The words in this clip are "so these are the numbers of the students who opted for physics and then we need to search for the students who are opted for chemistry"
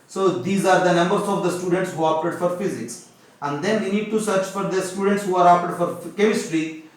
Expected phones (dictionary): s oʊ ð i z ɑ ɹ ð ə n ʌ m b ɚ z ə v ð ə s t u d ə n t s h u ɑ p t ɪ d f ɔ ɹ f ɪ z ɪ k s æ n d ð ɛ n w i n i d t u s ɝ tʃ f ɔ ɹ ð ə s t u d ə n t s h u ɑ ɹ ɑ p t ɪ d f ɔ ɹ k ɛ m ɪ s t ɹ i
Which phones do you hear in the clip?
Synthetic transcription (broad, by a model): s oʊ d i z ɑ ɹ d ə n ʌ m b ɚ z ə v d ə s t u d ə n t s h u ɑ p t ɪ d f ɔ ɹ f ɪ z ɪ k s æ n d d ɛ n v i n i d t u s ɝ tʃ f ɔ ɹ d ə s t u d ə n t s h u ɑ ɹ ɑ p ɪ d f ɔ ɹ k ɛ m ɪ s t ɹ i